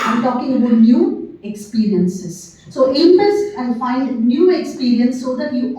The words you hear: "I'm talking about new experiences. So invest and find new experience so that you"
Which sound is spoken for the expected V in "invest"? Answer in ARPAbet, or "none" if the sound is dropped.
P